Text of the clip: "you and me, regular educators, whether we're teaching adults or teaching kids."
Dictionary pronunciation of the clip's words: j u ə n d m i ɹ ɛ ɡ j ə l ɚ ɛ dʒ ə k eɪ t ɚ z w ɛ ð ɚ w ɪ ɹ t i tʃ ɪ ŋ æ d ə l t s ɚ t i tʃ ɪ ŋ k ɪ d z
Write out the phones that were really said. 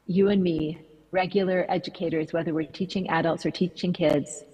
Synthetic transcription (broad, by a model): j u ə n m i ɹ ɛ ɡ j l ɚ ɛ dʒ ə k eɪ t ɚ z w ɛ ð ɚ w ɪ ɹ t i tʃ ɪ ŋ æ d ə l t s ɚ t i tʃ ɪ ŋ k ɪ d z